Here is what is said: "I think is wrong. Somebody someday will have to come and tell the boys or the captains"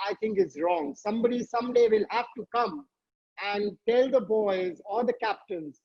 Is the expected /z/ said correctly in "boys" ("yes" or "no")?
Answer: yes